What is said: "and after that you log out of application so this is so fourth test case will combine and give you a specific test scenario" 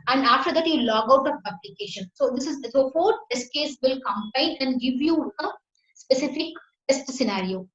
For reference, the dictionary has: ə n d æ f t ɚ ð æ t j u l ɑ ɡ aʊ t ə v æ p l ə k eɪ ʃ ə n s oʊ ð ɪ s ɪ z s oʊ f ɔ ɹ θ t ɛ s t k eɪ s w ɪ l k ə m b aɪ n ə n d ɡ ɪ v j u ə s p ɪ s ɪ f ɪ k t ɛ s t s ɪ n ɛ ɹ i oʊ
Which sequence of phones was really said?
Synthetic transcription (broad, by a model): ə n d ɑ f t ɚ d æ t j u l ɑ ɡ aʊ t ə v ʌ b l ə k eɪ ʃ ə n s oʊ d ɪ s ɪ z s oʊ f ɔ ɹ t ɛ s k eɪ s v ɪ l k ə m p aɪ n ə n d ɡ ɪ v j u ə s p ɪ s ɪ f ɪ k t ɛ s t s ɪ n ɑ ɹ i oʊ